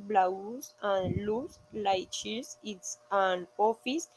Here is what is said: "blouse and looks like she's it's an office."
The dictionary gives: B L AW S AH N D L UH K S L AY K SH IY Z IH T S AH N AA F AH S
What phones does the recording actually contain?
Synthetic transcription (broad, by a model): B L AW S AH N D L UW S L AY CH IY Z IH T S AH N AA F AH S